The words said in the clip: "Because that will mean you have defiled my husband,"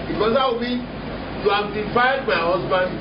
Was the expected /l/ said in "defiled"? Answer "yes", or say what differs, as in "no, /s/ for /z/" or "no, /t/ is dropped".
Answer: no, /l/ is dropped